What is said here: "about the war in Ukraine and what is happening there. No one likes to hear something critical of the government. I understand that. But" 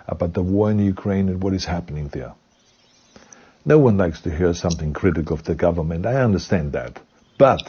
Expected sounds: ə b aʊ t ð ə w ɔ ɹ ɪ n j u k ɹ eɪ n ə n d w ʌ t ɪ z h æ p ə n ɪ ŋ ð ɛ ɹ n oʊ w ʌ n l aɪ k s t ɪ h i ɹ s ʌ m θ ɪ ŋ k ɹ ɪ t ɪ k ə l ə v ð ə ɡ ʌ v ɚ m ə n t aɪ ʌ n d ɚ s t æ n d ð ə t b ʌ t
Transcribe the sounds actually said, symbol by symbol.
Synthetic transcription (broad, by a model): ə b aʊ t ð ə w ɔ ɹ ɪ n j u k ɹ eɪ n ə n w ʌ t ɪ z h æ p ə n ɪ ŋ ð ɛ ɹ n oʊ w ʌ n l aɪ k s t ɪ h i ɹ s ʌ m θ ɪ ŋ k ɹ ɪ t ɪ k l ə v ð ə ɡ ʌ v ɚ m ə n t aɪ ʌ n d ɚ s t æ n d ð ə t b ʌ t